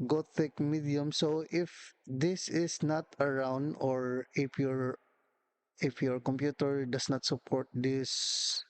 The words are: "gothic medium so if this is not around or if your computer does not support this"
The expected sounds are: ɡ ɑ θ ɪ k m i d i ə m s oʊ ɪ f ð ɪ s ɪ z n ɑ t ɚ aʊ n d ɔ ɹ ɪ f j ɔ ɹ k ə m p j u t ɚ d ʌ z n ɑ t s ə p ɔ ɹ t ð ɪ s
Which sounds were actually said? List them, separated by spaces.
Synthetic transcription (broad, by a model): ɡ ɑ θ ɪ k m i d i ə m s oʊ ɪ f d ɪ s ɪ s n ɑ t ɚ aʊ n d ɔ ɹ ɪ f j ɔ ɹ k ə m p j u t ɚ d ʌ s n ɑ t s ə p ɔ ɹ t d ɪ s